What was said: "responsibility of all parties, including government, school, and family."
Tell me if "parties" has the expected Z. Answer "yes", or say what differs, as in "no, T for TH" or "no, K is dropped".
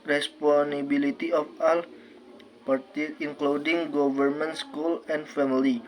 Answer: no, Z is dropped